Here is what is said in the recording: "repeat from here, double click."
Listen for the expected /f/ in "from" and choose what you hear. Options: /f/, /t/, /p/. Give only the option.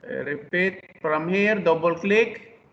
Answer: /p/